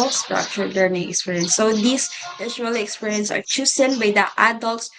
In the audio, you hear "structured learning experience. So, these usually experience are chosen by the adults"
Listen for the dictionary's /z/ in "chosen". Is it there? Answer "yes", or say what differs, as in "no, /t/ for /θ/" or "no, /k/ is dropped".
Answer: no, /s/ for /z/